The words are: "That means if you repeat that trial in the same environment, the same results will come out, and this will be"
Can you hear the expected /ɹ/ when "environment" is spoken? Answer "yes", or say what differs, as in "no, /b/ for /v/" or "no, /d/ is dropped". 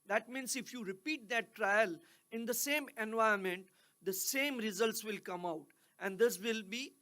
no, /ɹ/ is dropped